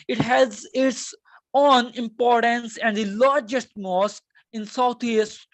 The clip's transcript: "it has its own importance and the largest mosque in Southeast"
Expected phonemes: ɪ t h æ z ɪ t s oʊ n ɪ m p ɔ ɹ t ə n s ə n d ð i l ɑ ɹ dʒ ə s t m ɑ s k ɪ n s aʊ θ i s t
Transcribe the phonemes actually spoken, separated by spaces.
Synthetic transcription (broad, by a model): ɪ t h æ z ɪ t s oʊ n ɪ m p ɔ ɹ t ə n s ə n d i l ɑ ɹ dʒ ə s t m ɑ s k ɪ n s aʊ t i s t